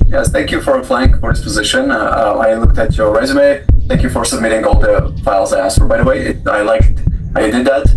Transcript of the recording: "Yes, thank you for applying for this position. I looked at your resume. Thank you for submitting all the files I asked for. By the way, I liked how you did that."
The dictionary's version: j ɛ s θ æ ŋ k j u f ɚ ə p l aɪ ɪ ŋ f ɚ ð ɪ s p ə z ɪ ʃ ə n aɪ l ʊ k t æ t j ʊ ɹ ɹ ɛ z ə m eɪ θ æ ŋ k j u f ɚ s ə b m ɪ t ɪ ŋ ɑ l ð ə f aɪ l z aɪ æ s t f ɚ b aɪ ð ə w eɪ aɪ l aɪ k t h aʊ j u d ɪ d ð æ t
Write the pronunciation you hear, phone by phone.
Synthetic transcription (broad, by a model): j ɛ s θ æ ŋ k j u f ɚ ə f l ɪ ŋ f ɚ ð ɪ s p ə z ɪ ʃ ə n aɪ l ʊ k t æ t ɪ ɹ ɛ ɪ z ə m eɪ θ æ ŋ k j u f ɚ s ə b m ɪ t ɪ ŋ ɑ l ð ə f aɪ l z aɪ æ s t f ɚ b aɪ ð ə w eɪ aɪ l aɪ k t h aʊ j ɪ d ɪ d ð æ t